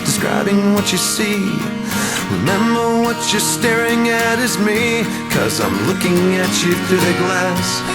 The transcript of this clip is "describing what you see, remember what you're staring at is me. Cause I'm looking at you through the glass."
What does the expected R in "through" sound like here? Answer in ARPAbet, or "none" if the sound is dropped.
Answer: none